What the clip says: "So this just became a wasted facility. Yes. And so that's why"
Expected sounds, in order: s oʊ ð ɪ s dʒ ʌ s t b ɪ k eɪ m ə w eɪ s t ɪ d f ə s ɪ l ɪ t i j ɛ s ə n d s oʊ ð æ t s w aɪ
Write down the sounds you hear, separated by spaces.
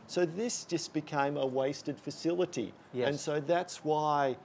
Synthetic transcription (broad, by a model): s oʊ ð ɪ s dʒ ʌ s b ɪ k eɪ m ə w eɪ s t ɪ d f ə s ɪ l ɪ t i j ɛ ə n s oʊ ð æ t s w aɪ